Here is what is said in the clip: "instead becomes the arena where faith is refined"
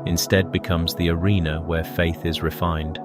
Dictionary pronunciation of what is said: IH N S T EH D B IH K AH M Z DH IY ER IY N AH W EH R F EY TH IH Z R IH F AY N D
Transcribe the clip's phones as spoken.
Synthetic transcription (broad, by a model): IH N S T EH D B IH K AH M Z DH IY ER IY N AH W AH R F EY TH IH Z R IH F AY N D